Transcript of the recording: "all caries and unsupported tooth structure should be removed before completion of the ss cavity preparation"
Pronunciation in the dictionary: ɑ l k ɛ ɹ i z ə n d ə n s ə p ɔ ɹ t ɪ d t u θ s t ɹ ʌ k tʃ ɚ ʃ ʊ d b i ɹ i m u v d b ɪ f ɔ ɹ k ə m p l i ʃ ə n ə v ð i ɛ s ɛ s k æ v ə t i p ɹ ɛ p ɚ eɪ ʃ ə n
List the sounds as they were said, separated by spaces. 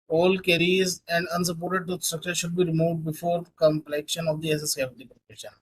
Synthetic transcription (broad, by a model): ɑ l k ɛ ɹ i z ə n d ə n s ə p ɔ ɹ t ɪ d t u s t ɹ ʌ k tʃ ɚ ʃ ʊ d b i ɹ i m u v d b ɪ f ɔ ɹ k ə m p l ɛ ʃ ə n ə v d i ɛ s ɛ s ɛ ə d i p ɹ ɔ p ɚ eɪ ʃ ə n